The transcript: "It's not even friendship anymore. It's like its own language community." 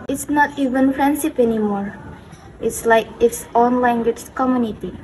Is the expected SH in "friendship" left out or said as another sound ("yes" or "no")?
yes